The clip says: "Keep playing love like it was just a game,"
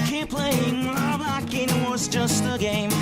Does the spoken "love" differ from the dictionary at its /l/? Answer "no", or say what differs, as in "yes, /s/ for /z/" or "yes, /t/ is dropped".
yes, /w/ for /l/